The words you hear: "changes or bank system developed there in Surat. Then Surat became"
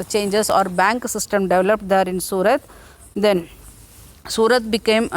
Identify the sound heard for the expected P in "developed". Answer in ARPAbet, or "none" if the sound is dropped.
P